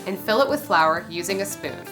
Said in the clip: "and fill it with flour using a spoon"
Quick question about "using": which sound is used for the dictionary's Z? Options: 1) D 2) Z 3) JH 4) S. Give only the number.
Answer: 2